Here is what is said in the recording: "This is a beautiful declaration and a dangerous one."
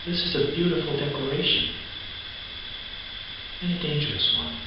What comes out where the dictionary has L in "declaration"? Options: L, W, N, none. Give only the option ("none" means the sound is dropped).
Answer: none